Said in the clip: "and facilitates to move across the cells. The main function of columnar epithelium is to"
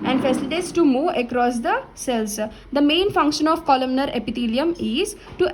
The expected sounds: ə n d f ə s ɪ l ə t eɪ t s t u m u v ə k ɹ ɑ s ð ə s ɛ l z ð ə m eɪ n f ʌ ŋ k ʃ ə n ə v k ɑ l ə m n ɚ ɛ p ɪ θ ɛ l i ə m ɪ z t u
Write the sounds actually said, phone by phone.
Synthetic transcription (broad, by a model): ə n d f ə s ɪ l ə t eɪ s t u m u ə k ɹ ɑ s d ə s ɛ l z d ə m eɪ n f ʌ ŋ k ʃ ə n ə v k ɑ l ə m n ɚ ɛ p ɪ t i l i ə m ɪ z t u